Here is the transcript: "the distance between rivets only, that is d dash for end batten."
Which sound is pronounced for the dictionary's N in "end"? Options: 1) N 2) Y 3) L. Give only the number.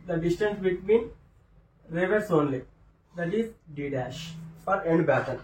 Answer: 1